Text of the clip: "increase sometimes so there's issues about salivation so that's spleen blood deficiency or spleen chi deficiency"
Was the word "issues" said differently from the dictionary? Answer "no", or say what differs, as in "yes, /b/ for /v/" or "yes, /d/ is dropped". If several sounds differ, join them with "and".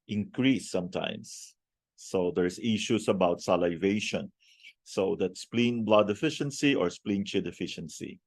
yes, /s/ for /z/